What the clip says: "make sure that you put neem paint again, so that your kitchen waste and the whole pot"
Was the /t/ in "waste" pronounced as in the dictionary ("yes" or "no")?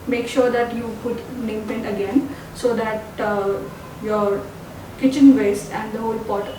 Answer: no